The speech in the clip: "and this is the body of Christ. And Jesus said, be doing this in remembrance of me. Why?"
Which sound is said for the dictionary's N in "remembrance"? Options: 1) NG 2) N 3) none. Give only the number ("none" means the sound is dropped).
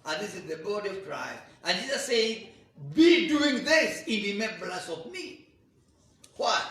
3